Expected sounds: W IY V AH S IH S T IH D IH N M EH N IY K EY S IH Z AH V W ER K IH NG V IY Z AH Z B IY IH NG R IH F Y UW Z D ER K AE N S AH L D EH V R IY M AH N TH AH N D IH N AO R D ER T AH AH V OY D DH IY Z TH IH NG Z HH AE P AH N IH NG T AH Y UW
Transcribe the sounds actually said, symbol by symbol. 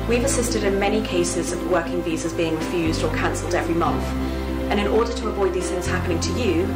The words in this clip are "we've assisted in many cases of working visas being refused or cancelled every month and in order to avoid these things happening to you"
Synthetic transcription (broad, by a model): W IY V AH S IH S T IH D IH N M EH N IY K EY S IH Z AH V W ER K IH NG V IY Z AH Z B IY IH NG R IH F Y UW Z D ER K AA N S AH L D EH V R IY M AH N TH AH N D IH N AO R D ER T AH AH V OY D DH IY Z TH IH NG Z HH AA P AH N IH NG T AH Y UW